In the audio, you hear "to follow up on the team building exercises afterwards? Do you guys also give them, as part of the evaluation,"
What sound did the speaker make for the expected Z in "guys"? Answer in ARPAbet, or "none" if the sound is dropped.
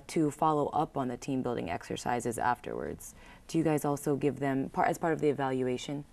Z